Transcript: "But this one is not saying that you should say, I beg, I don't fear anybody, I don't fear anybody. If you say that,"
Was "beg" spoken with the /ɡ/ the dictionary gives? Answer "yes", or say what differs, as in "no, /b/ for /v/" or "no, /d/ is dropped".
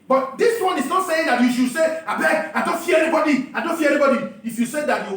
no, /ɡ/ is dropped